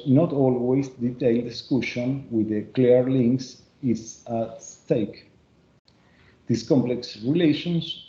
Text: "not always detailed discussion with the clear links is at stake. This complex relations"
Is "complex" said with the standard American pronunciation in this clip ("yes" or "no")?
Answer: yes